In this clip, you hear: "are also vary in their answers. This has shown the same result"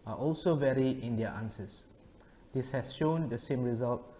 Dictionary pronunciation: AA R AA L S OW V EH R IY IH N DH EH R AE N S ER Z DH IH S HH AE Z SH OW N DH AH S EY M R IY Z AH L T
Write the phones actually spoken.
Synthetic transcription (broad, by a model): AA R AA L S OW V EH R IY IH N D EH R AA N S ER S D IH S HH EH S SH OW N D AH S EY M R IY Z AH L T